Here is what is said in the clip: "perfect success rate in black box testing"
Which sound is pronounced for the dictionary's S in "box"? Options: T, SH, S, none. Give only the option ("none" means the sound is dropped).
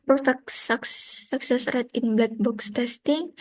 S